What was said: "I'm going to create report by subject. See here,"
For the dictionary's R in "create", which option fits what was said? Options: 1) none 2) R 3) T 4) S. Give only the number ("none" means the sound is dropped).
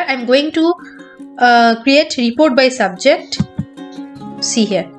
2